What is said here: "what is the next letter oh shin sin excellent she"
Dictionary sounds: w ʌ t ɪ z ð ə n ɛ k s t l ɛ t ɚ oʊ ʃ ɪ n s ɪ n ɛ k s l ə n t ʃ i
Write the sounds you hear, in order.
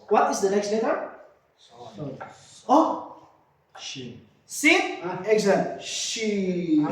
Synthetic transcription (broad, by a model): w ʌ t ɪ z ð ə n ɛ k s t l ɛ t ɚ oʊ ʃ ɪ s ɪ ɛ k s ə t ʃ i